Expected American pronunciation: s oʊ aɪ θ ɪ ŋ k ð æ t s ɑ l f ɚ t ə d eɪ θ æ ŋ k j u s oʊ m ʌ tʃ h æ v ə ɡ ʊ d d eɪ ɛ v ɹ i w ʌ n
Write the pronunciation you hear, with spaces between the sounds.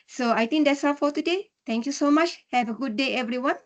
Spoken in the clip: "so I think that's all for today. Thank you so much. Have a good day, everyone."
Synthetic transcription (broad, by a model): s oʊ aɪ t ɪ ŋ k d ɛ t s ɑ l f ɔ t ə d eɪ t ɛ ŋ k j u s oʊ m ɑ tʃ h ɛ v ə ɡ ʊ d d eɪ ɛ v ɹ i w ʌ n